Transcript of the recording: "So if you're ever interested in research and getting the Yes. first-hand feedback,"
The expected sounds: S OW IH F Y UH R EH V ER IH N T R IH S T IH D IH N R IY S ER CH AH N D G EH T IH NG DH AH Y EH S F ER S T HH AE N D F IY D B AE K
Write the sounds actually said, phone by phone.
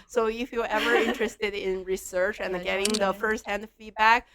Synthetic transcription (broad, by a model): S OW IH F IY L EH V ER IH N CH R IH S T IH D IH N R IY S ER CH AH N G EH T IH NG DH AH F ER S T HH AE N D F IY D B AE K